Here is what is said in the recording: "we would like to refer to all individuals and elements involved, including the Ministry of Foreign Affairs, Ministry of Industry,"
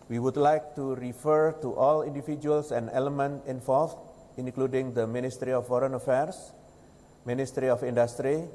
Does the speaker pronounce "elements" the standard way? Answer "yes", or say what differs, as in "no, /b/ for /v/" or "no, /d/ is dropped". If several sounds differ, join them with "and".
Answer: no, /s/ is dropped